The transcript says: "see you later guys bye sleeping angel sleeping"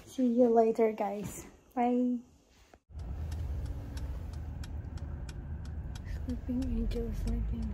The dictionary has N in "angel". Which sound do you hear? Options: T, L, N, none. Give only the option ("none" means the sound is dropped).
none